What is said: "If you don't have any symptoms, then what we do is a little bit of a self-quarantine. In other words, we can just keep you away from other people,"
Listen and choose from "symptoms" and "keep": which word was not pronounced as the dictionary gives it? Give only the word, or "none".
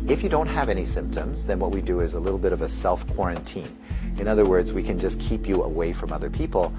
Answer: none